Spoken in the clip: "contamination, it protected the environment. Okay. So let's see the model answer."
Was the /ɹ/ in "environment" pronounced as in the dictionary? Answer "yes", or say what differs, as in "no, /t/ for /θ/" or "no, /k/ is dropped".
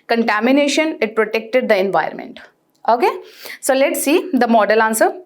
no, /ɹ/ is dropped